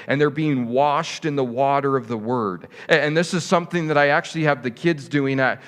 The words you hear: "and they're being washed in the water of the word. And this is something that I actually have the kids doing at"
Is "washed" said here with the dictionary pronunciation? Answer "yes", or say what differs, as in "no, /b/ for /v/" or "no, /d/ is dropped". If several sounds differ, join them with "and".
yes